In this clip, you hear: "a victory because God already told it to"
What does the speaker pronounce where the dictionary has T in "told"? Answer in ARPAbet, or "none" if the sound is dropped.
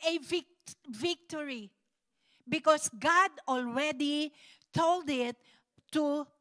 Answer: T